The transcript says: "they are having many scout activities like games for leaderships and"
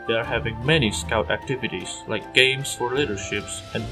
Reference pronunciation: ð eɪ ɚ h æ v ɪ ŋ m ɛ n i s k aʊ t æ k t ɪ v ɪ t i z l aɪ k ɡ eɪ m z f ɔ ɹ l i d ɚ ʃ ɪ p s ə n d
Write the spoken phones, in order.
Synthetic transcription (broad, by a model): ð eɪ ɚ h æ v ɪ ŋ m ɛ n i s k aʊ t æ k t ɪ v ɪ t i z l aɪ k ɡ eɪ m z f ɔ ɹ l i d ɚ ʃ ɪ p s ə n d